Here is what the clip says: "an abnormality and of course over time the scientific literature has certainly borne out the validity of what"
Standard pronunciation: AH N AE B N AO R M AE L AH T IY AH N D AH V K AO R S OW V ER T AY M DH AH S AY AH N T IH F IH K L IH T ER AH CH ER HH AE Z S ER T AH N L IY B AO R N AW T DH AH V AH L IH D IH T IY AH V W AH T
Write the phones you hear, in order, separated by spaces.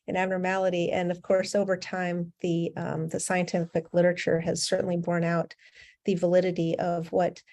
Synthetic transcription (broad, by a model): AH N AE B N AO R M AE L AH T IY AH N AH V K AO R S OW V ER T AY M DH AH S AY AH N T IH F IH K L IH T ER AH CH ER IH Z S ER T N L IY B AO R N AW T DH AH V AH L IH D IH T IY AH V W AH T